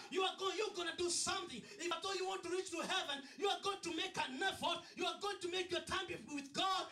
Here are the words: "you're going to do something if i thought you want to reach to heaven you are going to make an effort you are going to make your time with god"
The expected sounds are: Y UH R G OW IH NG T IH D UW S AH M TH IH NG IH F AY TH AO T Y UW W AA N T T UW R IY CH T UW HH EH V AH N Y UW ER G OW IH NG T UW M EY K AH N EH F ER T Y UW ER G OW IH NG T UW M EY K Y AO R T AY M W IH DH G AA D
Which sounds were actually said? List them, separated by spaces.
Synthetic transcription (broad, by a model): Y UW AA G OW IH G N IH D UW S AH M TH IH NG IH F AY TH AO Y UW W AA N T T UW R IY CH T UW HH EH V AH N Y UW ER G OW IH NG T UW M EY K AH N EH F ER T Y UW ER G OW IH NG T UW M EY K Y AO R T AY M W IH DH G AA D